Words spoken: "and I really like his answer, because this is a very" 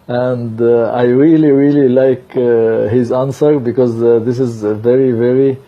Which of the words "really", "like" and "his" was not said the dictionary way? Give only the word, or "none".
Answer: none